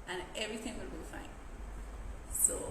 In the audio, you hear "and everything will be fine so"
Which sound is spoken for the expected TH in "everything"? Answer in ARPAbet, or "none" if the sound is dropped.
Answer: TH